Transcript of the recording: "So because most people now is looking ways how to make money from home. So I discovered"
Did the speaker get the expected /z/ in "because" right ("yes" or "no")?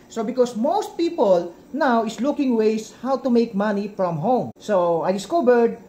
no